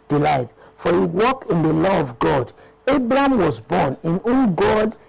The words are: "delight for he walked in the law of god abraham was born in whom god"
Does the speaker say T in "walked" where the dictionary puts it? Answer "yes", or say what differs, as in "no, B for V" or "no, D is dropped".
no, T is dropped